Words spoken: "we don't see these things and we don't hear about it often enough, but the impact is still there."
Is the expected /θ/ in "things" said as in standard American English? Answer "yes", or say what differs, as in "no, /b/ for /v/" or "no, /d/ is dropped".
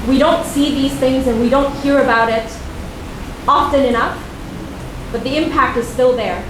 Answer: yes